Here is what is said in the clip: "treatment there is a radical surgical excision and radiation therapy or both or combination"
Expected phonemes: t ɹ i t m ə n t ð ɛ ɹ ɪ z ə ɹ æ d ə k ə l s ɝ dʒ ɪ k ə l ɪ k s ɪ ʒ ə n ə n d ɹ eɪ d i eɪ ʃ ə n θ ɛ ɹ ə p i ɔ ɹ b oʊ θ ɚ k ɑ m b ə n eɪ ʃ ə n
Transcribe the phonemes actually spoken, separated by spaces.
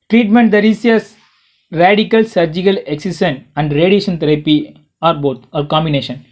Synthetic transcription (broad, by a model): t ɹ i t m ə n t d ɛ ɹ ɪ s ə ɹ æ d ə k ə l s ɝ dʒ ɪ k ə l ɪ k s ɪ s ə n ə n d ɹ eɪ d i eɪ ʃ ə n t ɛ ɹ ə p i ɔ ɹ b oʊ t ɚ k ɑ m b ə n eɪ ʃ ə n